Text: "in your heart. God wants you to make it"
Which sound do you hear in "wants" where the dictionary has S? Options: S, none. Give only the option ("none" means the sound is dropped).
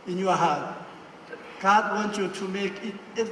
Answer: none